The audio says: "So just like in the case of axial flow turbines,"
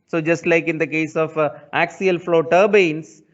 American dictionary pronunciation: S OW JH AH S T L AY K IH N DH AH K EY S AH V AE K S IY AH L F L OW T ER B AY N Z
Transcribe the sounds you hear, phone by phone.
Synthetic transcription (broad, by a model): S OW JH AH S T L AY K IH N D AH K EY S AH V AE K S IY AH L F L OW T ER B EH N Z